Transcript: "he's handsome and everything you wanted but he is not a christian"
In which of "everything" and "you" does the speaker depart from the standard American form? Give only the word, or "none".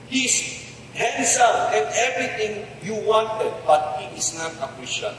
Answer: everything